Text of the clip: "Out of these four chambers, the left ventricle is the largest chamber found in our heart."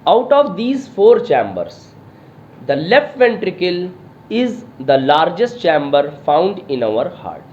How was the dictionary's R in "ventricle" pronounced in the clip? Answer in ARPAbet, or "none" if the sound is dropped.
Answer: R